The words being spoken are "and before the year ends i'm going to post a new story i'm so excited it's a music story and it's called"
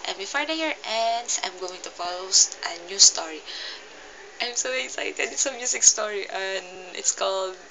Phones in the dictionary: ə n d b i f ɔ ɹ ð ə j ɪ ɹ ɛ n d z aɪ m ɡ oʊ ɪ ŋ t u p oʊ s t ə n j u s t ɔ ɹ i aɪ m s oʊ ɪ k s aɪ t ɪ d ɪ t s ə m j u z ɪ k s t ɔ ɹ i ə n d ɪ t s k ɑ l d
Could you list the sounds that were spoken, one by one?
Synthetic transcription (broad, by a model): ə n b i f ɔ ɹ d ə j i ɹ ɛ n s aɪ m ɡ oʊ ɪ ŋ t u f oʊ s t ə n j u s t ɔ ɹ i aɪ m s oʊ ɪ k s aɪ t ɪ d ɪ t s ə m j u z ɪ k s t ɔ ɹ i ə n ɪ t s k ɑ l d